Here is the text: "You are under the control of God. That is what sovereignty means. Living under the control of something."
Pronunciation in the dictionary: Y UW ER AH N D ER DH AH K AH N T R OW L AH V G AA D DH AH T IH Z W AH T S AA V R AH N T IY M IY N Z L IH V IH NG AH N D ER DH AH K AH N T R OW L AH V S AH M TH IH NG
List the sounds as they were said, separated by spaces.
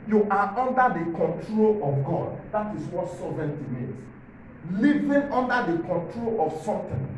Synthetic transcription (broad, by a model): Y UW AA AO N D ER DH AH K AH N T R OW L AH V G AA D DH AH T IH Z W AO T S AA V AH N T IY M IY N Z L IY V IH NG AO N D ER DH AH K AH N T R OW L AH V S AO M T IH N